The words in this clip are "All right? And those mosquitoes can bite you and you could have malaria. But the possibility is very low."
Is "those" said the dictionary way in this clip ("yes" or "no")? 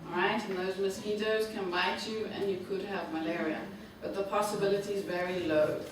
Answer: yes